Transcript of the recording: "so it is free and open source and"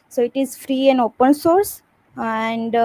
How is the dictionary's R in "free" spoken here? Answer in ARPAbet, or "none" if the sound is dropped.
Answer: R